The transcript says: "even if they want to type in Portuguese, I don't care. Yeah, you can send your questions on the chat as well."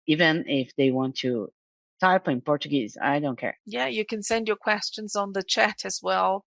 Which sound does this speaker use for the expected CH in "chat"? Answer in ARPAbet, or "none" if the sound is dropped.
CH